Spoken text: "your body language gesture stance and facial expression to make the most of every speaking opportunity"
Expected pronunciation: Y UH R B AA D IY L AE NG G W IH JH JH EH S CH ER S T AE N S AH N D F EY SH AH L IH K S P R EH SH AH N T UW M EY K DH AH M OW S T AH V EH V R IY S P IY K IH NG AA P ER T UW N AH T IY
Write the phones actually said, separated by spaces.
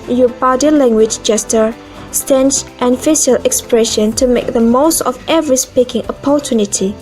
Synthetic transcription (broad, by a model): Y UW B AA D IY L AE NG G W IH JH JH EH S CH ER S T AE N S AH N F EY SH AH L IH K S P R EH SH AH N T UW M EY K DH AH M OW S T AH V EH V R IY S P IY K IH NG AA P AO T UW N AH T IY